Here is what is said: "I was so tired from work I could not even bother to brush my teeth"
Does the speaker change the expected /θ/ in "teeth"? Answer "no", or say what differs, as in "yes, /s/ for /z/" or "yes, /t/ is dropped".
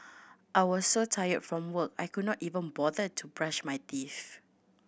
yes, /f/ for /θ/